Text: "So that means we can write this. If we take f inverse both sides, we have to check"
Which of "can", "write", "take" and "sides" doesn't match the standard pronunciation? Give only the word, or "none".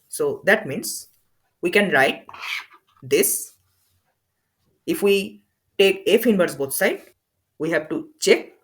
sides